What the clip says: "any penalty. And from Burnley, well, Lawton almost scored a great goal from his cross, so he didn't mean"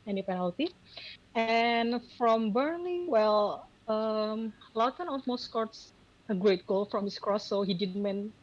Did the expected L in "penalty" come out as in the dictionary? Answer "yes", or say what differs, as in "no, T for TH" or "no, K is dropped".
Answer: yes